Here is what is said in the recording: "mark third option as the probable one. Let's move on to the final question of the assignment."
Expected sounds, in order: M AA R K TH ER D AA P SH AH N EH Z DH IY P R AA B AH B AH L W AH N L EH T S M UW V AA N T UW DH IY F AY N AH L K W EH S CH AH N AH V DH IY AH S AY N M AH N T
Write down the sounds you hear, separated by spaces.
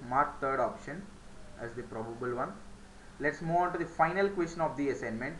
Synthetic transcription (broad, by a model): M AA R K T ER D AA P SH AH N EH Z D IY P R AA B AH B AH L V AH N L EH T S M UW V AA N T UW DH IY F AY N AH L K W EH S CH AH N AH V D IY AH S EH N M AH N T